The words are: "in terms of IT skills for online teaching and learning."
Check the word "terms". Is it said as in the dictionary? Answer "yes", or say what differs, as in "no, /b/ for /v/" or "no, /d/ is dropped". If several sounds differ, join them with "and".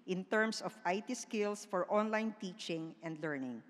no, /s/ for /z/